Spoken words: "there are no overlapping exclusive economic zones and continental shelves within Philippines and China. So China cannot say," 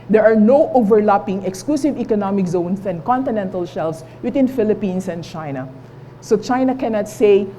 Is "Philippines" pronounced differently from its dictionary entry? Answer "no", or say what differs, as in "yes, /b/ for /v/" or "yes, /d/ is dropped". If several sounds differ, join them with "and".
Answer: yes, /s/ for /z/